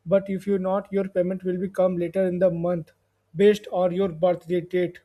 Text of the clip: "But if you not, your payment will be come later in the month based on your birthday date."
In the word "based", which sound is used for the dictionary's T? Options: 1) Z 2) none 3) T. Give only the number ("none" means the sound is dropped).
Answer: 3